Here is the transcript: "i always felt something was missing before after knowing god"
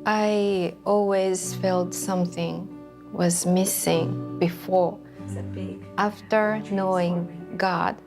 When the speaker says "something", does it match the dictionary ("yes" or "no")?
yes